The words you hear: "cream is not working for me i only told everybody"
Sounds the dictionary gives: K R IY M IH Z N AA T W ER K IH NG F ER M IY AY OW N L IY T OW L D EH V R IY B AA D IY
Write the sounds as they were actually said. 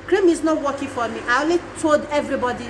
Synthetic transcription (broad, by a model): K R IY M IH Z N AA T W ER K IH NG F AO M IY AY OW L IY T OW L D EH V R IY B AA D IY